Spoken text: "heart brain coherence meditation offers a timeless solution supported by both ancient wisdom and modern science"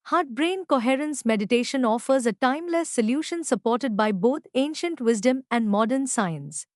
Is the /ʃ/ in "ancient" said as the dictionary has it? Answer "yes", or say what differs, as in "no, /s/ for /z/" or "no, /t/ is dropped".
yes